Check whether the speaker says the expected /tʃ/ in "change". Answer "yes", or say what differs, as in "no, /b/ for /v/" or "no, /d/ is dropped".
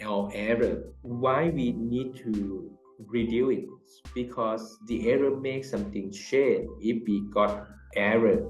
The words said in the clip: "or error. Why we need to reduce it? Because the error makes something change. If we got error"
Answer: no, /ʃ/ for /tʃ/